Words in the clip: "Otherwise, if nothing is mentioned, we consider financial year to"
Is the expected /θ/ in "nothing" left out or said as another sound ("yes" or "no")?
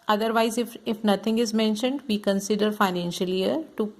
yes